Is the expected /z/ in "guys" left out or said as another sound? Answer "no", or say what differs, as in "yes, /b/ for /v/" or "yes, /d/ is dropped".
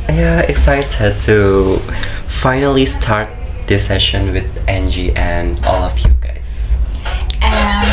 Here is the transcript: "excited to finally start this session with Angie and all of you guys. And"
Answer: yes, /z/ is dropped